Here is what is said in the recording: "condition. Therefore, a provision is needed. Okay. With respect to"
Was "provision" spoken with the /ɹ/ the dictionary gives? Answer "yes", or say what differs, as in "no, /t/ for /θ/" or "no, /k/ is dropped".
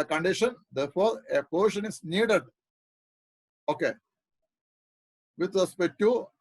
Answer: no, /ɹ/ is dropped